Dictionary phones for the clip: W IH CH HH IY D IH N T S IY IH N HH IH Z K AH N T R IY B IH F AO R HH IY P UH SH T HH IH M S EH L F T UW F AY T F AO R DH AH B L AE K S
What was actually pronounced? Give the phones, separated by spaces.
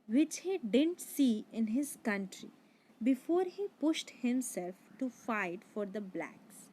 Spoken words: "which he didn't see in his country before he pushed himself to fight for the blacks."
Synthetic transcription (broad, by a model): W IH CH HH IY D IH N T S IY IH N HH IH Z K AH N T R IY B IH F AO R HH IY P UH SH T HH IH M S EH L F T UW F AY T F AO R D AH B L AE K S